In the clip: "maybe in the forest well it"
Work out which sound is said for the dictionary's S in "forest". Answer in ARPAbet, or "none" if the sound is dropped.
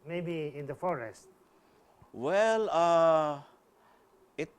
S